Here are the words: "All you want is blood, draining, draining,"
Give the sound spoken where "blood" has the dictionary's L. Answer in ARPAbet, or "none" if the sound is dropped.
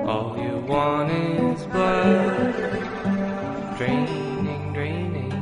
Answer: none